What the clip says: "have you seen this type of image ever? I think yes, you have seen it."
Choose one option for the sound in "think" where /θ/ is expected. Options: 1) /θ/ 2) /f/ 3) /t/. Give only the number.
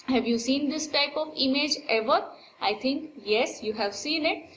3